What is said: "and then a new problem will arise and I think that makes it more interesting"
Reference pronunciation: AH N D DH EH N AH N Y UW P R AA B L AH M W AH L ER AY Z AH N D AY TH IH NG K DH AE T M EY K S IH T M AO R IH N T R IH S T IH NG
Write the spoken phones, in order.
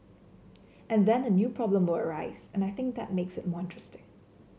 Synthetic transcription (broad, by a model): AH N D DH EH N AH N Y UW P R AA B L AH M W AH L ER AY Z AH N AY TH IH NG K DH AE T M EY K S IH T M AO R IH N T R IH S T IH NG